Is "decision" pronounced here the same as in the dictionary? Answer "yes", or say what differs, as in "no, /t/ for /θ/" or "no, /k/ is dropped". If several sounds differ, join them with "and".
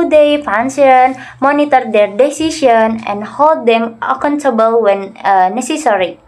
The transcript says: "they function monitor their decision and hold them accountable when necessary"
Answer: no, /ʃ/ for /ʒ/